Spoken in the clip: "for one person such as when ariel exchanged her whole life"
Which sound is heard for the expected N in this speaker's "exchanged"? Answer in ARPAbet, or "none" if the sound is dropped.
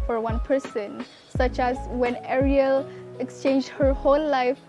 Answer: N